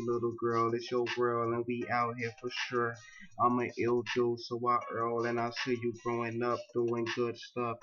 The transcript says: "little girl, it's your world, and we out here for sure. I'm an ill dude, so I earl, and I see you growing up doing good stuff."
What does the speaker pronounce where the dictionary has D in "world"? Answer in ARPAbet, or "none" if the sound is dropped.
none